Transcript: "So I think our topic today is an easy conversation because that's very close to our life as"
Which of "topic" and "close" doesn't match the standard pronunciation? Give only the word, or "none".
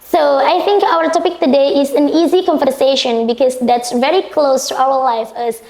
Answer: none